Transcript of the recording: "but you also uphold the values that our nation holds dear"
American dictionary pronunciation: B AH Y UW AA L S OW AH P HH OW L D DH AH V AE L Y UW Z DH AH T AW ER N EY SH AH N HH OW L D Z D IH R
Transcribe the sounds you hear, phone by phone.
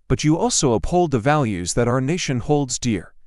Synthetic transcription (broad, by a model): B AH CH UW AA L S OW AH P HH OW L D DH AH V AE L Y UW Z DH AH T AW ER N EY SH AH N HH OW L D Z D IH R